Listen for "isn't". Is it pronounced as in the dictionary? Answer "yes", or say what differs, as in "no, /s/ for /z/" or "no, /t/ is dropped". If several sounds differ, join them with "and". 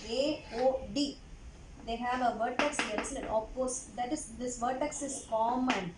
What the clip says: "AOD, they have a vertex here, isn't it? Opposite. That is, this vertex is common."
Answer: no, /s/ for /z/ and /l/ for /n/